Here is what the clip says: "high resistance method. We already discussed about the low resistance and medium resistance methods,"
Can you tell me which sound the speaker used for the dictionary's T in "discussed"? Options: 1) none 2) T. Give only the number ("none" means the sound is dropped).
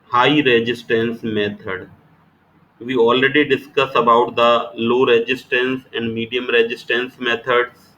1